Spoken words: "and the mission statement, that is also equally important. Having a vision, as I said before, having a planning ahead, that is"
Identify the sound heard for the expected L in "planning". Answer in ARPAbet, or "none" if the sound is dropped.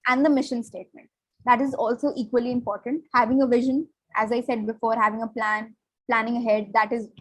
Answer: L